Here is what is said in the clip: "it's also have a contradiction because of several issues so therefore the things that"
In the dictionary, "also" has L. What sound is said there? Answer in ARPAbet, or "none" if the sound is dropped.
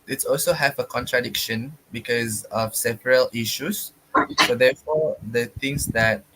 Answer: L